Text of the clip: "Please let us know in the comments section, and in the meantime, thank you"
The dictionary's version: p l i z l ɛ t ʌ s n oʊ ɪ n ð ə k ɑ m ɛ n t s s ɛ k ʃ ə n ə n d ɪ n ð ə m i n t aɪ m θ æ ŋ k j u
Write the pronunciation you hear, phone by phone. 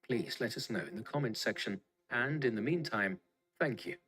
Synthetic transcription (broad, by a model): p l i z l ɛ t ʌ s n oʊ ɪ n ð ə k ɑ m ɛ n t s s ɛ k ʃ ə n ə n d ɪ n ð ə m i n t aɪ m θ æ ŋ k j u